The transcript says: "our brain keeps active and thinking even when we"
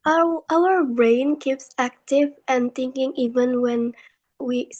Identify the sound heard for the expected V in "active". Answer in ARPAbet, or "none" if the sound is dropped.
V